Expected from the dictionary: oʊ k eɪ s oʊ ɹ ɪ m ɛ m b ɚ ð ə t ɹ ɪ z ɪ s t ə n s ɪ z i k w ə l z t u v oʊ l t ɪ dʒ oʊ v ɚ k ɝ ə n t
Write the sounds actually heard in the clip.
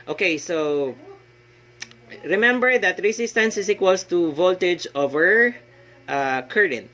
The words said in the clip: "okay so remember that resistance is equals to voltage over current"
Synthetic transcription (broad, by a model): oʊ k eɪ s oʊ ɹ ɪ m ɛ m b ɚ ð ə t ɹ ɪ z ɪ s t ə n s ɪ s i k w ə l s t u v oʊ l t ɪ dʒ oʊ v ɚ k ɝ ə n